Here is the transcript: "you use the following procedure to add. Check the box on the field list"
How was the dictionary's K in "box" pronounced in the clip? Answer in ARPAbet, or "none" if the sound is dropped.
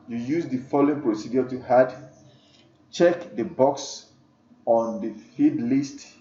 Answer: K